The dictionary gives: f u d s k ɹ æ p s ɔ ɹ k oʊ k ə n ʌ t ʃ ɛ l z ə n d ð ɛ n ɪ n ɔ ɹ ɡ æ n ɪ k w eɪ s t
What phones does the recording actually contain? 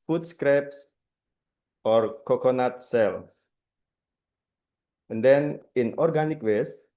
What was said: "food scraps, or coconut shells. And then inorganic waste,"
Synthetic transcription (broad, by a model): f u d s k ɹ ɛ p s ɔ ɹ k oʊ k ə n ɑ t s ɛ l s ə n d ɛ n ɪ n ɔ ɹ ɡ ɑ n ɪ k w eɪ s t